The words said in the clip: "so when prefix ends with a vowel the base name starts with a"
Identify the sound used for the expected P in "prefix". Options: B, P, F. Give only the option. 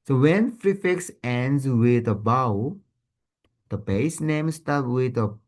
F